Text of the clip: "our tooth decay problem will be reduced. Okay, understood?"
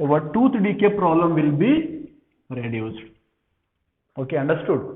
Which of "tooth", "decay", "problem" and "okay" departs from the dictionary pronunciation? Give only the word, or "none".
tooth